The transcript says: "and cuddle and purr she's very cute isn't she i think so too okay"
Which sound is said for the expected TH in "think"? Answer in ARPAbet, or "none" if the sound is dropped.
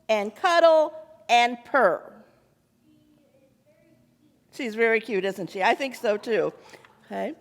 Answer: TH